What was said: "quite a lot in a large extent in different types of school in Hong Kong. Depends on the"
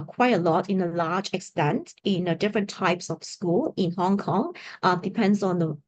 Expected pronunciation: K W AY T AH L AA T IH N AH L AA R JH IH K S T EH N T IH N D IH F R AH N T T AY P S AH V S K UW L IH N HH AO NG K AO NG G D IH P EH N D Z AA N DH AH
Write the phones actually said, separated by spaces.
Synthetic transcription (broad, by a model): K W AY T AH L AA T IH N AH L AA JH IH K S T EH N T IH N D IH F R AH N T T AY P S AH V S K UW L IH N HH AO NG K AO NG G D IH P EH N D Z AA N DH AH